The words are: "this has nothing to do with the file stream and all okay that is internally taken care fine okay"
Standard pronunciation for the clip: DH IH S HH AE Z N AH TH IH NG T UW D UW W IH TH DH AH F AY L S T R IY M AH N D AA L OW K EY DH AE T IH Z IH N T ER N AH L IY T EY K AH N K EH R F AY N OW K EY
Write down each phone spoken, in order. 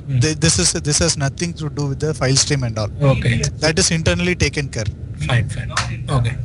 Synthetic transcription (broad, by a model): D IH S HH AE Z N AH T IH NG T UW D UW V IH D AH F AY L S T R IY M AH N D AA L OW K EY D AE T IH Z IH N T ER N AH L IY T EY K AH N K EH R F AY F OW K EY